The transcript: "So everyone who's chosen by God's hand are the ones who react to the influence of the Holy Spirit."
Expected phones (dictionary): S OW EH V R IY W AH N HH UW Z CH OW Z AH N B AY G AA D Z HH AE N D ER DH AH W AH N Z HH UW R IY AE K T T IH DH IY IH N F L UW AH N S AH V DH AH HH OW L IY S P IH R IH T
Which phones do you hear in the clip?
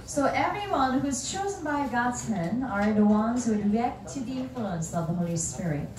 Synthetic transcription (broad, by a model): S OW EH V R IY W AH N HH UW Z CH OW Z AH N B AY G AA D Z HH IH N ER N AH W AH N Z HH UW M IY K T T IH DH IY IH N F L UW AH N S AH V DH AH HH OW L IY S P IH R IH T